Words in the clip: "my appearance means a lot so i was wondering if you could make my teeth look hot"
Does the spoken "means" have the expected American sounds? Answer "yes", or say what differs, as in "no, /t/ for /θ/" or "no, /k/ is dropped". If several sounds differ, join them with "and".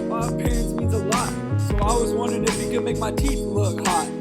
no, /n/ is dropped